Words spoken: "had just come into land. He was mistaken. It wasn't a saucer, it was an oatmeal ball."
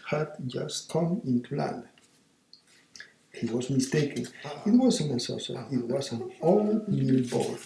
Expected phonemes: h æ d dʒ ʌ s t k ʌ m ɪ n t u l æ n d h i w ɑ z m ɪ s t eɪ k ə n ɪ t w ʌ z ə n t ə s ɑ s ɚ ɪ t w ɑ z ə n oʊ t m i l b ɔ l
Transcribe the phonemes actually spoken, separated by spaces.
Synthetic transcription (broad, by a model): h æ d dʒ ʌ s t k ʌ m ɪ n t u l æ n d h i w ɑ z m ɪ s t eɪ k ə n ɪ t w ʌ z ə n ə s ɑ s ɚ ɪ t w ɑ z ə n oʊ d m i l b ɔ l